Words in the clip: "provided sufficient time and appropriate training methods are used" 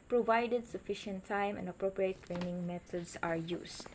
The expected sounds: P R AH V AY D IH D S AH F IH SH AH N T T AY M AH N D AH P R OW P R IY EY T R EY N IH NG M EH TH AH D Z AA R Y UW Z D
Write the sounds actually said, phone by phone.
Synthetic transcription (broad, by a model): P R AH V AY D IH D S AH F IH SH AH N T T AY M AH N D AH P R OW P R IY EY T R EY N IH NG M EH T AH D S AA R Y UW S